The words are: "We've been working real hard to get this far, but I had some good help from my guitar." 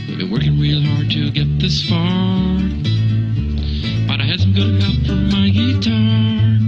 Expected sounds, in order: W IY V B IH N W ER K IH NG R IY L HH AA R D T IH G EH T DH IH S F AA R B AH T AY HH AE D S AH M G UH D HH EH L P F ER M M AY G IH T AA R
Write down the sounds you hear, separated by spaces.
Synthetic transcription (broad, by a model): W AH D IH W ER K IH NG R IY L HH AA R D T IH G EH T DH IH S F AA R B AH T AY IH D S AH M G UH D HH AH P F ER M M AY G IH T AA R